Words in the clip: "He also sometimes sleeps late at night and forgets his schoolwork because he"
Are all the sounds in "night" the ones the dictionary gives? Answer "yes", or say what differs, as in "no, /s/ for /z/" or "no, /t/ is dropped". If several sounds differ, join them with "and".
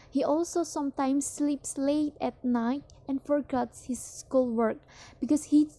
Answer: yes